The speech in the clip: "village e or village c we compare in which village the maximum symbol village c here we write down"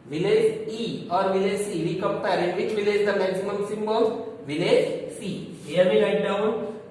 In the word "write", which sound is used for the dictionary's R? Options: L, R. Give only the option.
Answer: L